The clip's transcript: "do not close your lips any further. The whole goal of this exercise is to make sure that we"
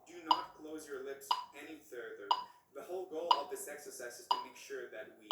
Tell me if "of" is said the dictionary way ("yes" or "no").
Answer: yes